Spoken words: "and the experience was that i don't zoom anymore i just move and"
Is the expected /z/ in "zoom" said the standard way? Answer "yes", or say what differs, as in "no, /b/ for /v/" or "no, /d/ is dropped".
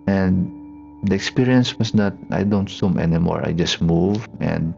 no, /s/ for /z/